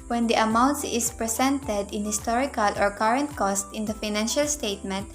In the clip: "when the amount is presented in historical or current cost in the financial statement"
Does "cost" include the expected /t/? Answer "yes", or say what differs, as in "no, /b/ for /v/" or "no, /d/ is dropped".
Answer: yes